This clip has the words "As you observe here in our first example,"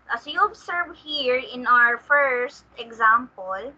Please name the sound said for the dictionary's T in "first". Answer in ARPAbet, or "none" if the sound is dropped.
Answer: T